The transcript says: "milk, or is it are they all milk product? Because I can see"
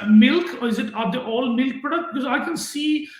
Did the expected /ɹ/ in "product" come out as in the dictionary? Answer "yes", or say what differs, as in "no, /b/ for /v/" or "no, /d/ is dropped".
no, /ɹ/ is dropped